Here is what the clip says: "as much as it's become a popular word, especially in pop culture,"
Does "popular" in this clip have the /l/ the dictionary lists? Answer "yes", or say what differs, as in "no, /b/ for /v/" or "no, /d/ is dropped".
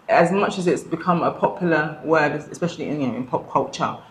no, /w/ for /l/